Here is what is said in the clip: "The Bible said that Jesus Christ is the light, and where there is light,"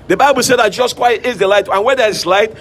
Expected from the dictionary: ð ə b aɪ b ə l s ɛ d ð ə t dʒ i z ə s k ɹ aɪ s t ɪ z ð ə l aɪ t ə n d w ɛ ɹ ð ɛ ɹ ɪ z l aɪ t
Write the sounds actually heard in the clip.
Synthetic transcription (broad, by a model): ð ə b aɪ b ə l s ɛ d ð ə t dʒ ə s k w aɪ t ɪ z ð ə l aɪ t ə n w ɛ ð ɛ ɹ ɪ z l aɪ t